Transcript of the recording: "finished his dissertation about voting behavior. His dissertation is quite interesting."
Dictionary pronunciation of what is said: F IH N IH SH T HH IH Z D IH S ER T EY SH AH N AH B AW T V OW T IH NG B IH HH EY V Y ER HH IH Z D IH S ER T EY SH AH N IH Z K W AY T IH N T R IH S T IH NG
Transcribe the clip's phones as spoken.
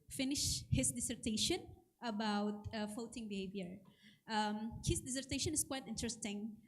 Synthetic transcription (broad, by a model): F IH N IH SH HH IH S D IH S ER T EY SH AH N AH B AW T F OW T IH NG B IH HH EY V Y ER HH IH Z D IH S ER T EY SH AH N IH S K W AY T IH N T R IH S T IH NG